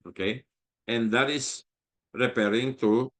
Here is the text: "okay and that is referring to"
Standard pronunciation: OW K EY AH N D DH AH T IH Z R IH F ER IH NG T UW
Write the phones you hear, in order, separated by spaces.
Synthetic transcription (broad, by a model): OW K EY AH N D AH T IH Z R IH P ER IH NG T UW